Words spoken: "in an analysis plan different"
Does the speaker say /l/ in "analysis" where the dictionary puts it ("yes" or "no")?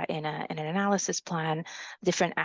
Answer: yes